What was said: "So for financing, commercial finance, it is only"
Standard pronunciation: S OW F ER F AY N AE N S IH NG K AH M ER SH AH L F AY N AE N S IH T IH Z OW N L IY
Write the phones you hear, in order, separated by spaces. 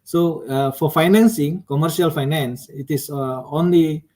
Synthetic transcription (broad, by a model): S OW F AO F AY N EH N S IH NG K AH M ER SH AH L F AY N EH N S IH T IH S OW N L IY